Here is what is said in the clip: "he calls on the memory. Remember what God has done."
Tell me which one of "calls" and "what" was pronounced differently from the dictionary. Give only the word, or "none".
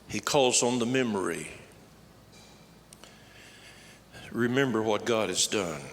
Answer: none